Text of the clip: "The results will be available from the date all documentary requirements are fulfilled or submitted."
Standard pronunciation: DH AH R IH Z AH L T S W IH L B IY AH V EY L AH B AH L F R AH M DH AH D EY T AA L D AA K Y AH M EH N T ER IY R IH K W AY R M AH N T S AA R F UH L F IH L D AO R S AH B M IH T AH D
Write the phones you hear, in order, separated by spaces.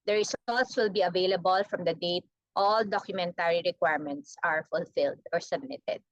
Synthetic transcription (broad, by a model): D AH R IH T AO T S W IH L B IY AH V EY L AH B AH L F R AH M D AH D EY T AA L D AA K Y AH M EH N T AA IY R IH K W AY R M AH N T S AA R F UH L F IH L D AO R S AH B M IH T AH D